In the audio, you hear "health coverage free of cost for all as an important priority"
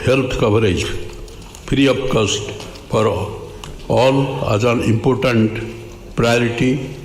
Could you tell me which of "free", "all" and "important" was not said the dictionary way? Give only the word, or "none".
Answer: free